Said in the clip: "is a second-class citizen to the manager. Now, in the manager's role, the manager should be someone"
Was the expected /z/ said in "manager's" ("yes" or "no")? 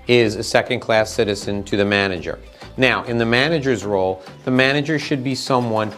yes